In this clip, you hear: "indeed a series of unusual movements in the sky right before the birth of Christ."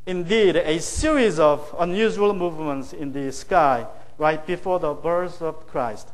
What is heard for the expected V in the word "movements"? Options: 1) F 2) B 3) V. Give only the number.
3